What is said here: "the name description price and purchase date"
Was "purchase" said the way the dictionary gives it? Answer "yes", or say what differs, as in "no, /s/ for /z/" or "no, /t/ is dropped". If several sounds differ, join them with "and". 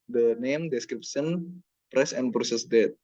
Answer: no, /s/ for /tʃ/